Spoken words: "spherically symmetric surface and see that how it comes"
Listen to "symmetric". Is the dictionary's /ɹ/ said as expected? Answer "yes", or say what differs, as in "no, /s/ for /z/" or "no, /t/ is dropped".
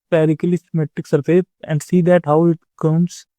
no, /ɹ/ is dropped